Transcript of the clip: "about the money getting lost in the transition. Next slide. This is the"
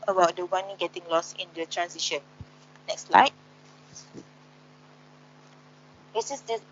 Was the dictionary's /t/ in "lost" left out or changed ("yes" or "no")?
yes